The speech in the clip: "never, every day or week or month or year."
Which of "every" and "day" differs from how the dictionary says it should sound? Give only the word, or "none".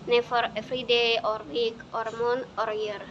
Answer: every